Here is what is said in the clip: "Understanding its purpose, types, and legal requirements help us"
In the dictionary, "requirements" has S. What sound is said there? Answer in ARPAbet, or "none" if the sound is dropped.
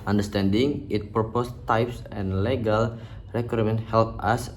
none